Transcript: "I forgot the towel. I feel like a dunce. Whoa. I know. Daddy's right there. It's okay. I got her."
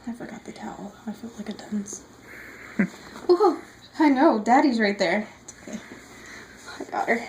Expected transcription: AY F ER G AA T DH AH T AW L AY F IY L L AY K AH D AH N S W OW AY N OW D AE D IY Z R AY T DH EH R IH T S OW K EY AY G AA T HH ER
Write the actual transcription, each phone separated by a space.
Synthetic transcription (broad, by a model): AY F ER G AA T DH AH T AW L AY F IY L L AY K AH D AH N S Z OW AY N OW D AE D IY Z R AY T DH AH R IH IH G AA T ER